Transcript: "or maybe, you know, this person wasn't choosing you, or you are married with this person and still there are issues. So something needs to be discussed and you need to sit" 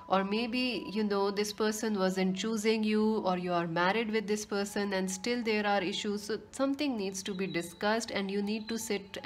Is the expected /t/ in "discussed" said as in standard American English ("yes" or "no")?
yes